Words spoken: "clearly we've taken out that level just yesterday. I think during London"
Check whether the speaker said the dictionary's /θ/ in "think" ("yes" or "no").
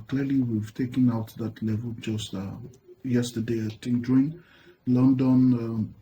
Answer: no